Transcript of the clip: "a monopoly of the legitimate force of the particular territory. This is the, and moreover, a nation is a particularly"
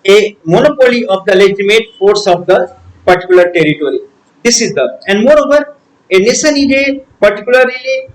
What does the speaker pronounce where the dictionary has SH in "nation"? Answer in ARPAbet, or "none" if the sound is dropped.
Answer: S